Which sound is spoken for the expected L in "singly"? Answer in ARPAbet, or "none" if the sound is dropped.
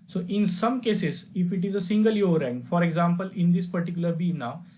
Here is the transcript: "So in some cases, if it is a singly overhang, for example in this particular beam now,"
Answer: none